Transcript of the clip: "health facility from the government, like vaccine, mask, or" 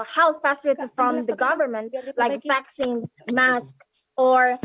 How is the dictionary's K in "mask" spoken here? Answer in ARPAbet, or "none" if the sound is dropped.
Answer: K